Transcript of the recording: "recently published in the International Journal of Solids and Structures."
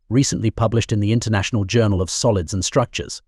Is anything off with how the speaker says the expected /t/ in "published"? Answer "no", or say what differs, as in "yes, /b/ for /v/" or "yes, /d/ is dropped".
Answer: no